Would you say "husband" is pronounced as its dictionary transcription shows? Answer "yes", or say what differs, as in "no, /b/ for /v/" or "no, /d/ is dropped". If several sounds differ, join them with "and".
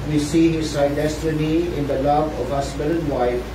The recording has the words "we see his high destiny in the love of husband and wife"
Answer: no, /s/ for /z/